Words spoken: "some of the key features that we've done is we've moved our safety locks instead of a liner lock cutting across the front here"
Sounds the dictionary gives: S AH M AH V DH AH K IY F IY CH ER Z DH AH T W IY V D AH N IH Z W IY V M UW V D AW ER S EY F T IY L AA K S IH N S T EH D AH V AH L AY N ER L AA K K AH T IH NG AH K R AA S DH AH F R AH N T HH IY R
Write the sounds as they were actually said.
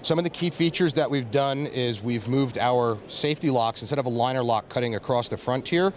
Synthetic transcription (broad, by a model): S AH M AH V DH AH K IY F IY CH ER Z DH AH T W IY V D AH N IH Z W IY V M UW V D AW ER S EY F T IY L AA K S N S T EH D AH V AH L AY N ER L AA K K AH T IH NG AH K R AA S DH AH F R AH N T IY R